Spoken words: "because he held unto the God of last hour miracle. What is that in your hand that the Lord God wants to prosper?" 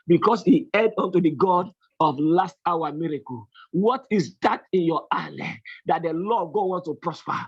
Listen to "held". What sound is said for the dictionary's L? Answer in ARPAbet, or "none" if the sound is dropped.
none